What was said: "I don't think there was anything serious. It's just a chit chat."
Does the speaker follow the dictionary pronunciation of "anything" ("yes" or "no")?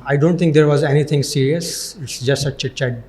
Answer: no